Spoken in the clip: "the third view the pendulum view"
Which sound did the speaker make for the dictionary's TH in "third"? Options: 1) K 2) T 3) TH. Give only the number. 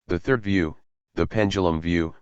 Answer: 3